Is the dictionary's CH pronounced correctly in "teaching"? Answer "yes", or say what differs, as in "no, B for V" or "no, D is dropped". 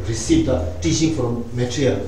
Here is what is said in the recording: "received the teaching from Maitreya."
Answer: no, SH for CH